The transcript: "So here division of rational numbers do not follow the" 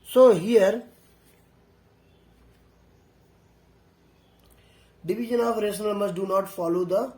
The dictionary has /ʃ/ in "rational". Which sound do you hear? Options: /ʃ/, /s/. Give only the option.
/s/